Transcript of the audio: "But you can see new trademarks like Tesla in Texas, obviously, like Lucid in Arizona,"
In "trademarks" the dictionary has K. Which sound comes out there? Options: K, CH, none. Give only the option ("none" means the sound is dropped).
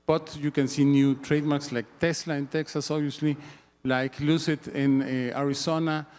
K